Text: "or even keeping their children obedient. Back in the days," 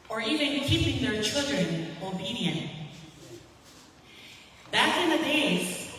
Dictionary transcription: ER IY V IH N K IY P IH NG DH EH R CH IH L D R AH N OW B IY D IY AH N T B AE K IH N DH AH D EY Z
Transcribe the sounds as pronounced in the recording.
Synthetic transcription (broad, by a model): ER IY V IH N K IY P IH NG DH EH R CH IH L D R AH N OW B IY D IY AH N T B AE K IH N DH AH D EY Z